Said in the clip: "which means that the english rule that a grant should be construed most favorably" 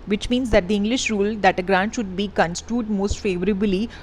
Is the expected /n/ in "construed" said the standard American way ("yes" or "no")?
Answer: yes